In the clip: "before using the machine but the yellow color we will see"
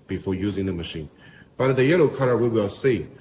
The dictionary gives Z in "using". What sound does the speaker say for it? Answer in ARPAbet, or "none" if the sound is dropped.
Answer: Z